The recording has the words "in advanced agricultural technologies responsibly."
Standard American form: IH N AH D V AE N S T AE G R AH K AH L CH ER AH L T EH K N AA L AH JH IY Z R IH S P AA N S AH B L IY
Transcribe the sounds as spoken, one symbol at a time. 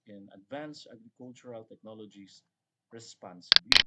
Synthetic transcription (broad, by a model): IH N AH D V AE N S AA G R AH K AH L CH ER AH L T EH K N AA L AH JH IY S R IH S P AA N S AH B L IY